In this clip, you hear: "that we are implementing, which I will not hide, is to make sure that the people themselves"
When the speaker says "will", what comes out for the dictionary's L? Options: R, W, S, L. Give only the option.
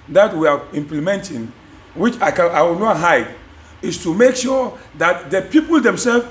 W